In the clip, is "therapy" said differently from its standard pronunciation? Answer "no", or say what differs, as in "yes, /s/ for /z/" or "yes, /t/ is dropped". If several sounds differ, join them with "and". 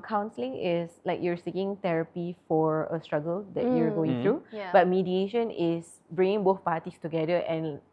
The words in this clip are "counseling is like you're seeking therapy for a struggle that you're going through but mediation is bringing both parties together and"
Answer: yes, /t/ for /θ/